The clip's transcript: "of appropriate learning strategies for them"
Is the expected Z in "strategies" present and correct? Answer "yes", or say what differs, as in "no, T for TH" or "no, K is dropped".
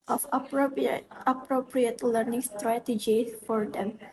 no, Z is dropped